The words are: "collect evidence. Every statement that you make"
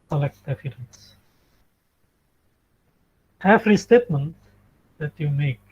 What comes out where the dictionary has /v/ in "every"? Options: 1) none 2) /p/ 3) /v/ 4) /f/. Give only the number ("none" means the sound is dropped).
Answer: 4